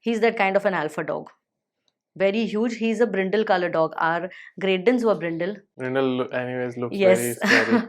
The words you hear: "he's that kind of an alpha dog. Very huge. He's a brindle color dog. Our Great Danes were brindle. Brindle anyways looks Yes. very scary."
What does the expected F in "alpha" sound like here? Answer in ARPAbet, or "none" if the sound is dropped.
F